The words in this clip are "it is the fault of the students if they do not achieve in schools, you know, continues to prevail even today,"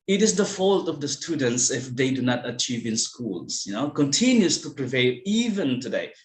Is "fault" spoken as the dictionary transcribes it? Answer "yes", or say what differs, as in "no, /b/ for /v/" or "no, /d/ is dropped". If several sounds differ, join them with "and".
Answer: yes